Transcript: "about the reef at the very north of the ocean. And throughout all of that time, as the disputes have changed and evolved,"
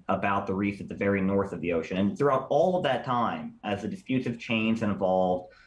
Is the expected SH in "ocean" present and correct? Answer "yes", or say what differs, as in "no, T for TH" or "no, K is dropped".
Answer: yes